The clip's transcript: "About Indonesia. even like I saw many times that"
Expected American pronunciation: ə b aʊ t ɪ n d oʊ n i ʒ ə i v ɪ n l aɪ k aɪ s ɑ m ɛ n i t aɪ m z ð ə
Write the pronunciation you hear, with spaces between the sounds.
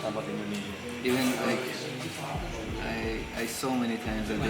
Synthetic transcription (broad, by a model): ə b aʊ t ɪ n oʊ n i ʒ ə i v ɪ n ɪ aɪ aɪ s ɑ m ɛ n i t aɪ m z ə